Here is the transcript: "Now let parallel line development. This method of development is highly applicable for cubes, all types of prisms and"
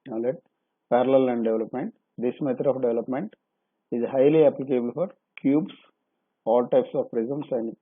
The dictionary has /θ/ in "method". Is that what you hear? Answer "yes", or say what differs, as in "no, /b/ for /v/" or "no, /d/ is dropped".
no, /t/ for /θ/